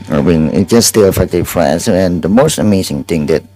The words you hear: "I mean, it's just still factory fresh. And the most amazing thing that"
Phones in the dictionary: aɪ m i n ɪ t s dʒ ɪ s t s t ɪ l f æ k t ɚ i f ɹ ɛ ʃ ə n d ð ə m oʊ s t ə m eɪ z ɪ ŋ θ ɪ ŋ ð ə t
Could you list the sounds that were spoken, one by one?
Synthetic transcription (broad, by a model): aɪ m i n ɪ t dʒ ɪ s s t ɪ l f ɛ k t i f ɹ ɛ s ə n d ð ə m oʊ s t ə m eɪ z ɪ ŋ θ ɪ ŋ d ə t